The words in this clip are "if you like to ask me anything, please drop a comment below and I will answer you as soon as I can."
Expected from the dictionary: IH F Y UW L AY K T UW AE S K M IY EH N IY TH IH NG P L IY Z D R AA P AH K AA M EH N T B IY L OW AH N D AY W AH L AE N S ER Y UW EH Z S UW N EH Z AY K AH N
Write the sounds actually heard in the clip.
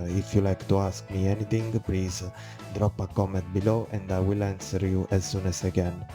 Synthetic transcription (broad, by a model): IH F Y UW L AY K T UW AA S K M IY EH N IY T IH NG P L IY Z D R AA P AH K AA M EH N T B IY L OW AH N D AY W AH L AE N S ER Y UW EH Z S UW N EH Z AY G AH N